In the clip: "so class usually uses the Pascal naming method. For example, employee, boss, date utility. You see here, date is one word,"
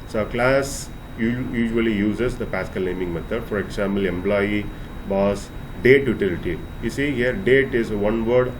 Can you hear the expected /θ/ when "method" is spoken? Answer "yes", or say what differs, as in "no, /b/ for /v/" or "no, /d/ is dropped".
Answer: no, /t/ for /θ/